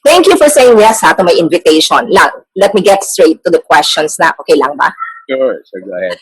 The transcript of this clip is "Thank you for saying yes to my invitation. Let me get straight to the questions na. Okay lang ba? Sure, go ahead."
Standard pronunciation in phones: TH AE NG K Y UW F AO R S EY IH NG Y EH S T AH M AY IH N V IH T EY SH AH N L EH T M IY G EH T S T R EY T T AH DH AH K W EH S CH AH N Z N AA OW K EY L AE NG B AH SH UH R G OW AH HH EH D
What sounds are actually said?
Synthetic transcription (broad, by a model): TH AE NG K Y UW F AO R S EY IH NG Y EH S T AH M AY IH N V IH T EY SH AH N L EH T M IY G EH T S T R EY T T AH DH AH K W EH S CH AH N S N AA OW K EY L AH NG B AH S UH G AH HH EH